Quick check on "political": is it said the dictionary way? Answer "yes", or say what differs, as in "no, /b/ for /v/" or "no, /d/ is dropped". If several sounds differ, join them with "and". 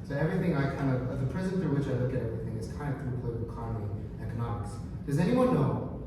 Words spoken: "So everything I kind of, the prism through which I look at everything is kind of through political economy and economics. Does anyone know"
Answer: no, /k/ is dropped